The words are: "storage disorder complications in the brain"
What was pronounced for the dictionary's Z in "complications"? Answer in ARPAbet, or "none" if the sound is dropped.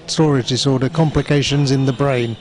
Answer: Z